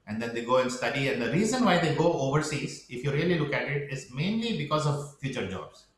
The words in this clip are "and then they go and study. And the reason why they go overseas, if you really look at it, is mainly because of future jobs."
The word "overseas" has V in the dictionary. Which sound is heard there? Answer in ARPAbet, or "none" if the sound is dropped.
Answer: V